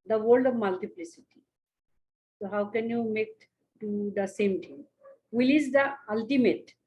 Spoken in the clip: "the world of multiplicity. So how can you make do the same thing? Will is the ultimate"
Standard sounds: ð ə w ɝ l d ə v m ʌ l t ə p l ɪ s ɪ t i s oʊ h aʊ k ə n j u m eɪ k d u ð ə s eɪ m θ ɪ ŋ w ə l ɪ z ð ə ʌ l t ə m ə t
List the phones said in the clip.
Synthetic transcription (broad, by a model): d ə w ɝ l d ə v m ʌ l t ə p l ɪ s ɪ t i s oʊ h aʊ k ə n j u m eɪ k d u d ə s eɪ m t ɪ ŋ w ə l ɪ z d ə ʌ l t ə m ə t